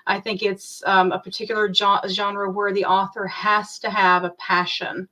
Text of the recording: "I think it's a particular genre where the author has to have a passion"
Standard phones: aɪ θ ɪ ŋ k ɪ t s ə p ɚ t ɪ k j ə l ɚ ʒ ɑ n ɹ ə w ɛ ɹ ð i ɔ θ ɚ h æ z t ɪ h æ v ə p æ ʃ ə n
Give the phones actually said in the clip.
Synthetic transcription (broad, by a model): aɪ θ ɪ ŋ k ɪ t s ə p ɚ t ɪ k j l ɚ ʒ ɑ n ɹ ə w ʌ ɹ ð i ɔ θ ɚ h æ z t ɪ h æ v ə p æ ʃ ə n